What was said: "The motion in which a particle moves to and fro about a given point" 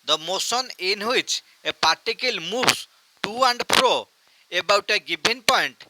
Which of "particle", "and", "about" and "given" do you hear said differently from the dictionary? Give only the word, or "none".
given